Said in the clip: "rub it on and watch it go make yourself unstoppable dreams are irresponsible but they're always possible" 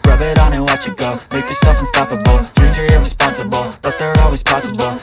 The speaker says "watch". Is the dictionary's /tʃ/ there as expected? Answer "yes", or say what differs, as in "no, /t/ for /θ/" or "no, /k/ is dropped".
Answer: yes